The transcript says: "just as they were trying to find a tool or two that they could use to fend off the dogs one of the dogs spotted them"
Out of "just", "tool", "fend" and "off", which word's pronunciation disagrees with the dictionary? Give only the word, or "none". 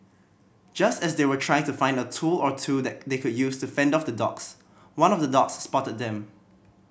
none